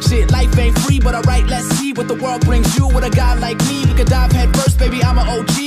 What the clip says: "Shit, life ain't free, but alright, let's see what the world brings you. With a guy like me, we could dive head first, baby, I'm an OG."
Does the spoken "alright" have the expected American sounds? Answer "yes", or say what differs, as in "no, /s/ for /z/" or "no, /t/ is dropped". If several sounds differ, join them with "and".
no, /l/ is dropped